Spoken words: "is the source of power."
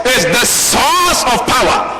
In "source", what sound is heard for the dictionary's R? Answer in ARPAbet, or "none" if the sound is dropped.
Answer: L